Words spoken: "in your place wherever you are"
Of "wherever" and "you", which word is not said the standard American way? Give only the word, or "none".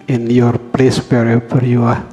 wherever